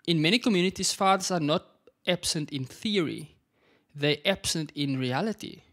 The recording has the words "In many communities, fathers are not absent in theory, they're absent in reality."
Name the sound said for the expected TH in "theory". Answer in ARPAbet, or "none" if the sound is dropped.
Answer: TH